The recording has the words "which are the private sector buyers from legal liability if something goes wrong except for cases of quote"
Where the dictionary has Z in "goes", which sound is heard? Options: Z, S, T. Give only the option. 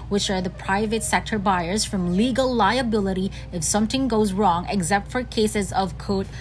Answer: Z